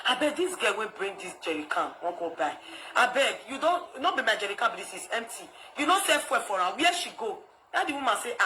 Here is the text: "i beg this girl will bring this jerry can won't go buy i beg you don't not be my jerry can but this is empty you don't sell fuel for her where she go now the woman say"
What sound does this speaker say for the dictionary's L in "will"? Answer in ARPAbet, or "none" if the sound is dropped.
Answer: N